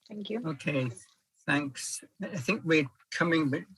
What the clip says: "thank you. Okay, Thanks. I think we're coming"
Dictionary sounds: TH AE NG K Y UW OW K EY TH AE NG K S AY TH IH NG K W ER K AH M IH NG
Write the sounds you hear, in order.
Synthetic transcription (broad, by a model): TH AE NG K Y UW OW K EY TH AE NG K S AY TH IH NG K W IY K AH M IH NG